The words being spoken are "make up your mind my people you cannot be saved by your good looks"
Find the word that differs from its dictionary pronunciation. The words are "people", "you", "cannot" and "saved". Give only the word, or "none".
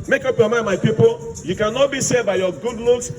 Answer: saved